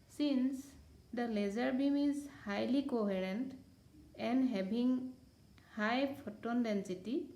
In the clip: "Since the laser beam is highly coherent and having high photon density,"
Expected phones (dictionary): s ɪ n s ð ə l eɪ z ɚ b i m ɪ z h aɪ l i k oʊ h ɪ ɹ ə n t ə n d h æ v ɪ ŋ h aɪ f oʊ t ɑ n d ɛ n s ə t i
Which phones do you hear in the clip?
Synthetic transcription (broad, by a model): s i n s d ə l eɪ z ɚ b i m ɪ z h aɪ l i k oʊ h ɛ ɹ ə n t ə n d h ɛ b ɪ ŋ h aɪ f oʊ t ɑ n d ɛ n s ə t i